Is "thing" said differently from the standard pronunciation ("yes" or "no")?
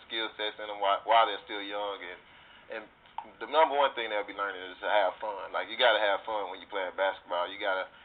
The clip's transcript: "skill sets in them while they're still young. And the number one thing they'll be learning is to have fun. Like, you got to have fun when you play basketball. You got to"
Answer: no